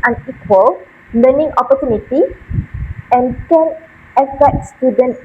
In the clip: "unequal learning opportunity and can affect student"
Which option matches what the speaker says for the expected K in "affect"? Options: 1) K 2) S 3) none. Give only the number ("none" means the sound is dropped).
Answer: 3